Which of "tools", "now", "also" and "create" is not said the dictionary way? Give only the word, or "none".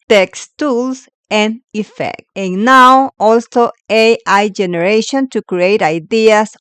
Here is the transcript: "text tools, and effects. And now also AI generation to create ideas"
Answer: tools